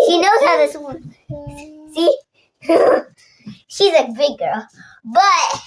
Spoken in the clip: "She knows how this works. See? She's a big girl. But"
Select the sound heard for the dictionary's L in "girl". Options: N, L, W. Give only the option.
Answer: L